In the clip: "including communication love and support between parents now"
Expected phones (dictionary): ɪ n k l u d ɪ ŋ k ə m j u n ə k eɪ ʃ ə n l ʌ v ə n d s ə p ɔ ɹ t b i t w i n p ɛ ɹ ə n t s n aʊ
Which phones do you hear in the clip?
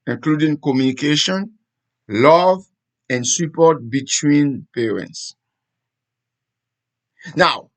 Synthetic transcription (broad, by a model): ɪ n k l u d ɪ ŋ k ə m j u n ə k eɪ ʃ ə n l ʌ v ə n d s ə p ɔ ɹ t b i t w i n p ɛ ɹ ə n t s n aʊ